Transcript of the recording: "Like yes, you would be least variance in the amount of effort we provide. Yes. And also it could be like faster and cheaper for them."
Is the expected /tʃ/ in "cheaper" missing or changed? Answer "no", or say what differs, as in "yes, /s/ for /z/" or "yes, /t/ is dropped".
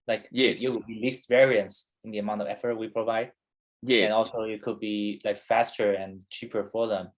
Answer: no